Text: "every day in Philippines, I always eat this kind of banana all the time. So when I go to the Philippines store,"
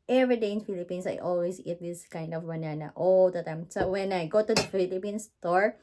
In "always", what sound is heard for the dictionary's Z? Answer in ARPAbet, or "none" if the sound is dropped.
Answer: S